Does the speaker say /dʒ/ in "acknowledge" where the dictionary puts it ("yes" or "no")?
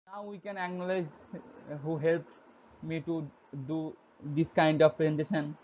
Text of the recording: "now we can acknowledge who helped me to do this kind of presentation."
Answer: no